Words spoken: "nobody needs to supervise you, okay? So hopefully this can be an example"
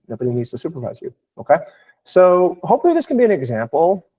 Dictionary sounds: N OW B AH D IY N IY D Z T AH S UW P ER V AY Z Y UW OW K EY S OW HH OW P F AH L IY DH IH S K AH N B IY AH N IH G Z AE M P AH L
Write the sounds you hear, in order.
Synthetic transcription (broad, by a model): N OW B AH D IY N IY D Z T AH S UW P ER V AY Z Y UW OW K EY S OW HH OW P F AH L IY DH IH S K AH N B IY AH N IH G Z AE M P L